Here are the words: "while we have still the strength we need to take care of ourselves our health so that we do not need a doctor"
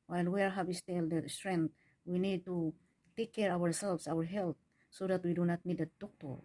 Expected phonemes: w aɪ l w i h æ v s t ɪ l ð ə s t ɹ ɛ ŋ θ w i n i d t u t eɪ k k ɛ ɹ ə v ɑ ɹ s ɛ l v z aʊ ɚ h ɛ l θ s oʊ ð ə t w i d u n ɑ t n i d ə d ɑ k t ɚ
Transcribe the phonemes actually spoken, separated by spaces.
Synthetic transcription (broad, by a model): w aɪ l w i h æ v s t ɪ l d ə s t ɹ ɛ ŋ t w i n i d t u t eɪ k k ɛ ɹ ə w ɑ ɹ s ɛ l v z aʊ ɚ h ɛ l t s oʊ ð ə t w i d u n ɑ t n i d ə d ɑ k t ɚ